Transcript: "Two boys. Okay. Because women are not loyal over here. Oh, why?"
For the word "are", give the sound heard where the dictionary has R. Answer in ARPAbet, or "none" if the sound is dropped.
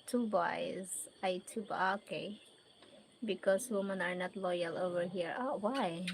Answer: R